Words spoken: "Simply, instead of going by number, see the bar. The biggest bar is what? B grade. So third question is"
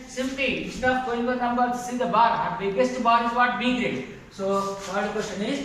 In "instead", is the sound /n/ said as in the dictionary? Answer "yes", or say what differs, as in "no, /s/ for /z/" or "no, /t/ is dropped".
no, /n/ is dropped